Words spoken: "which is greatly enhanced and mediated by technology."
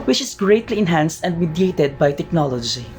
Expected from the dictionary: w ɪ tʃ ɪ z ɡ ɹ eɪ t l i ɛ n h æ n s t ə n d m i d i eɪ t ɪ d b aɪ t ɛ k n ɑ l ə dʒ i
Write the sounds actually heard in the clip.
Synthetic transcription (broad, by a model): w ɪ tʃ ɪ s ɡ ɹ eɪ t l i ɛ n h æ n s t ə n d m i d i eɪ t ɪ d b aɪ t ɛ k n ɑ l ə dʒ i